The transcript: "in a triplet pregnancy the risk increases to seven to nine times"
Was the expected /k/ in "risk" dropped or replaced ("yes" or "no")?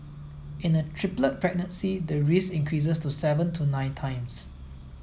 yes